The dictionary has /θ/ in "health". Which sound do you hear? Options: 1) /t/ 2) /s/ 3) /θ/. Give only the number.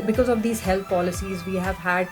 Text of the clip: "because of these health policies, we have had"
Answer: 1